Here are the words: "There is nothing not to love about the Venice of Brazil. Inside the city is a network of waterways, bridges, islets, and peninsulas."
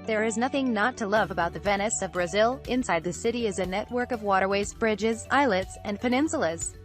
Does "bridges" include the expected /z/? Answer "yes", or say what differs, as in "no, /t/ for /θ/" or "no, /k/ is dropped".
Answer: yes